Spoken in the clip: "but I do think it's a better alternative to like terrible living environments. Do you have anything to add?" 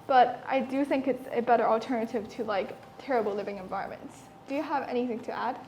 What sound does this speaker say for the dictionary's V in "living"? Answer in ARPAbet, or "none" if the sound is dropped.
V